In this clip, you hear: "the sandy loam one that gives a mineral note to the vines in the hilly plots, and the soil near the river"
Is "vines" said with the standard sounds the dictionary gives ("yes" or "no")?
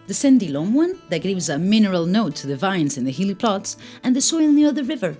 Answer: yes